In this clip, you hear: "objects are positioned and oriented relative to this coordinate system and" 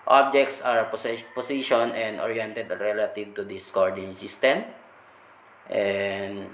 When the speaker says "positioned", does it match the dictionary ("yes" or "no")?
no